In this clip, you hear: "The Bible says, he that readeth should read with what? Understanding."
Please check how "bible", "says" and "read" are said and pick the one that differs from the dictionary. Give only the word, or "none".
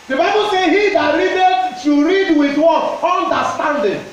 says